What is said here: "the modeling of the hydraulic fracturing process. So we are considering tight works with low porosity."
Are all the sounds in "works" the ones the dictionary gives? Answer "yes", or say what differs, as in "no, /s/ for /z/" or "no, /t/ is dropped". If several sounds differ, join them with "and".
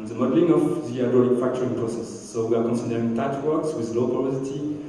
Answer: yes